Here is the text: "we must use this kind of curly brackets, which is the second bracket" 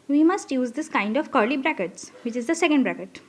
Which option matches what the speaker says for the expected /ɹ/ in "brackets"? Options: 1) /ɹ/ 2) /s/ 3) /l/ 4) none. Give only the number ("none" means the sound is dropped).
1